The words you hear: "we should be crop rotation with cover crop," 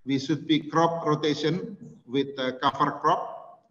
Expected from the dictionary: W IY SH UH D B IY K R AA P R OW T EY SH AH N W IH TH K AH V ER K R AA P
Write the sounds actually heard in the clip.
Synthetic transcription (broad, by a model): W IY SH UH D B IY K R AA P R OW T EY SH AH N W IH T K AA F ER K R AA P